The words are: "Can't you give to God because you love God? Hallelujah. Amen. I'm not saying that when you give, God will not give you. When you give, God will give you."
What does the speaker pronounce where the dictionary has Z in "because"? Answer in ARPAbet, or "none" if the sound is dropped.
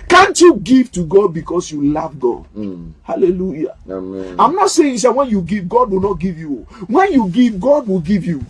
S